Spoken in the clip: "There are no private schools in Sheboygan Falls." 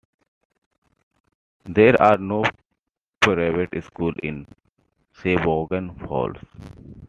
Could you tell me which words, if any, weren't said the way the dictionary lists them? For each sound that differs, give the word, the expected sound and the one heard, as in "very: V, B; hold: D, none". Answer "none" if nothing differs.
schools: Z, none; sheboygan: SH, S; falls: Z, S